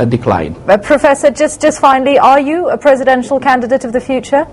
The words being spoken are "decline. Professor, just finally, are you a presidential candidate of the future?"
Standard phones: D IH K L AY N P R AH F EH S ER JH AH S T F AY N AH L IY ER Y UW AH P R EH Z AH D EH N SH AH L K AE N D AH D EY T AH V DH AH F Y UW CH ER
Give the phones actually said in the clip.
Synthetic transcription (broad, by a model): D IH K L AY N P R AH F EH S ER JH AH S T F AY N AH L IY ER Y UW AH P R EH Z AH D EH N SH AH L K AE N D AH D EY T AH V DH AH F Y UW CH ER